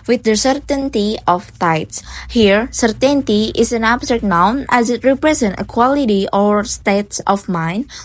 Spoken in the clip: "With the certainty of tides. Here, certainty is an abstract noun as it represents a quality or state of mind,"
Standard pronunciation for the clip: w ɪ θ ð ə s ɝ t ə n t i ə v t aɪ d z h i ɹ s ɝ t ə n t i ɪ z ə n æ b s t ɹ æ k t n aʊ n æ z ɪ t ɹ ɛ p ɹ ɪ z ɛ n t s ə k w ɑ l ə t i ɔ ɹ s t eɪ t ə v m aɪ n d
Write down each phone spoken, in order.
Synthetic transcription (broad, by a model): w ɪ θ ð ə s ɝ t ə n t i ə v t aɪ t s h i ɹ s ɝ t ə n t i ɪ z ə n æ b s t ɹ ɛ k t n aʊ n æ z ɪ t ɹ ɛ p ɹ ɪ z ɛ n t ə k w ɑ l ə t i ɔ ɹ s t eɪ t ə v m aɪ n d